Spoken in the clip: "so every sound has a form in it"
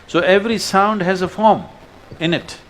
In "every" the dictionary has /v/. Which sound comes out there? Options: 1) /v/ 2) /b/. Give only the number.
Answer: 1